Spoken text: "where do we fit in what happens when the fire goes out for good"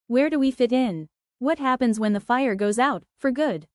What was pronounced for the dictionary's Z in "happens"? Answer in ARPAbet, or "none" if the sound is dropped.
Z